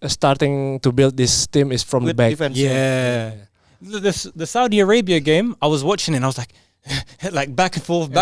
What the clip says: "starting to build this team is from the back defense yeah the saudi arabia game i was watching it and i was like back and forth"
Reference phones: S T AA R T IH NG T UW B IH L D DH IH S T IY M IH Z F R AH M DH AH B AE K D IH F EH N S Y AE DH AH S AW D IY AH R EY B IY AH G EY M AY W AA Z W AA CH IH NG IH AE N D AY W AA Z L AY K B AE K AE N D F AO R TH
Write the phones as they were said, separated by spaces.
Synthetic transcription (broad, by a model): S T AA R T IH NG T UW B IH L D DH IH S T IY M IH S F R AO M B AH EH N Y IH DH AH S DH AH S AW D IY AH R EY B IY AH G EY M AY W AA Z W AA CH IH NG IH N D AY W AA Z L AY K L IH K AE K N F AO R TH